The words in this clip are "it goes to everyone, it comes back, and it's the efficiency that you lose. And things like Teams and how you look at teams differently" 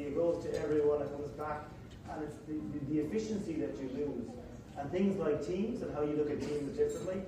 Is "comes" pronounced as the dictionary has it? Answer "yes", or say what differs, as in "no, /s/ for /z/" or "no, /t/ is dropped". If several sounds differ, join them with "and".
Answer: yes